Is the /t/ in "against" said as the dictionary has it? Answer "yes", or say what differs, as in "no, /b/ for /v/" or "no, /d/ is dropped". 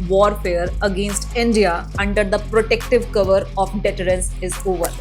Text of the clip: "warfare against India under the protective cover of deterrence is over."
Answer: yes